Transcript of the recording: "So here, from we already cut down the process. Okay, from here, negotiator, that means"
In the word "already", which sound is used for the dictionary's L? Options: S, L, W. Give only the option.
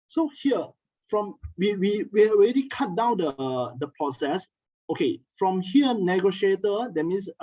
W